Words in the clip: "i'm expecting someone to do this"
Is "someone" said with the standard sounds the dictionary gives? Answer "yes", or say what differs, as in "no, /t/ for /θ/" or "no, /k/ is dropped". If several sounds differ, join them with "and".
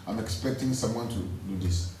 yes